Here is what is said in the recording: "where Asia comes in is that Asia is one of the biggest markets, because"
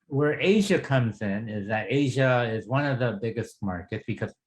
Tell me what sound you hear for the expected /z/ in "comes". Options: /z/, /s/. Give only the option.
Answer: /z/